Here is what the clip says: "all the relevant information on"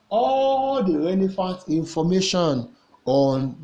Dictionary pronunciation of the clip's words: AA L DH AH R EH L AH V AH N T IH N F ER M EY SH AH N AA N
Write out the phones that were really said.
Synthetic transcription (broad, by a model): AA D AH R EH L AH F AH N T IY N F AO M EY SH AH N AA N